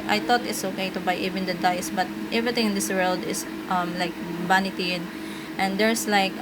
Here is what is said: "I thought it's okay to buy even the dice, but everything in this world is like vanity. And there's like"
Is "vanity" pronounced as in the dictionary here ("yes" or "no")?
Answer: no